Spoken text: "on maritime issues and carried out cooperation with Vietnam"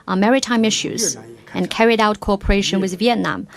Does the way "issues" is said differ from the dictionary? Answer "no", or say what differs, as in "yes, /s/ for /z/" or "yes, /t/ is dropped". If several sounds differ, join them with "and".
no